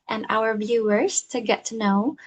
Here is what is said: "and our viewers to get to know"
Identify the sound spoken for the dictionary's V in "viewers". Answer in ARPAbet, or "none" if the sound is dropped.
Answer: V